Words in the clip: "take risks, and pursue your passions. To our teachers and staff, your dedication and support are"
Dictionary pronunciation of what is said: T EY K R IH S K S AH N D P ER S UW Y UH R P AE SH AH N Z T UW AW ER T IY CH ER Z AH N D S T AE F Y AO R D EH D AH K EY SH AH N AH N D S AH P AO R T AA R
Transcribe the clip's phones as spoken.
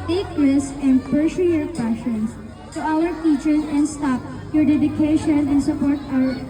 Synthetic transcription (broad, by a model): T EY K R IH S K AH N D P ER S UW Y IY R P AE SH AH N S T UW AW ER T IY CH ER S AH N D S T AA P Y AO R D EH D AH K EY SH AH N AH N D S AH P AO R T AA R